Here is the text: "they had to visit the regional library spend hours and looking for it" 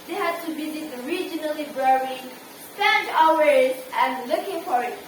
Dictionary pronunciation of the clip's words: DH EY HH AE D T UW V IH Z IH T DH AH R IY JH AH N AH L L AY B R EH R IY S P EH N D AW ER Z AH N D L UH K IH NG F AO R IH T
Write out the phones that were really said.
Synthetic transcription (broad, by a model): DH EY HH AE D T UW B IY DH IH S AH R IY JH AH N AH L L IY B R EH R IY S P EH N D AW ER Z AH N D L UH K IH NG F AO R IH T